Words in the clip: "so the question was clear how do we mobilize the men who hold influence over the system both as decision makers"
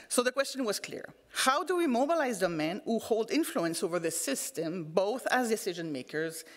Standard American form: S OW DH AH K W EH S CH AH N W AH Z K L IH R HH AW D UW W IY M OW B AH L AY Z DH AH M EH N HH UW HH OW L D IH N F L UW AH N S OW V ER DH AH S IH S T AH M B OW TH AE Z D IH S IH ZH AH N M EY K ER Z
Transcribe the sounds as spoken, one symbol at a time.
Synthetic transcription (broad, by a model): S OW DH AH K W EH S CH AH N W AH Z K L IH R HH AW D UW W IY M OW B AH L AY Z DH AH M EH N HH UW HH OW L D IH N F L UW AH N S OW V ER DH AH S IH S T AH M B OW TH AE Z D IH S IH ZH AH N M EY K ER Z